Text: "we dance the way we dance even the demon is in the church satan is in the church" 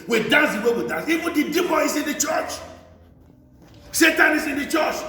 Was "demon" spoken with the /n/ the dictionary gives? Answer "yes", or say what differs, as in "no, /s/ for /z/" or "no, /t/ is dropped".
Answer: no, /n/ is dropped